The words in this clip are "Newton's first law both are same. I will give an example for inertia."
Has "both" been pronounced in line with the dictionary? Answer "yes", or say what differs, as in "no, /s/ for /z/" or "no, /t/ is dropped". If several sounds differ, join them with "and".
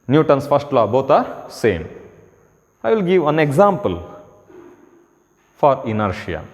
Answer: no, /t/ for /θ/